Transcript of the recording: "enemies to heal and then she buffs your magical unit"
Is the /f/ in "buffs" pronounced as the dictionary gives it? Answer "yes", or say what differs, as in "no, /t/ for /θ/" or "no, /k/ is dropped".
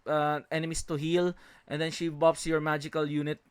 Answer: no, /p/ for /f/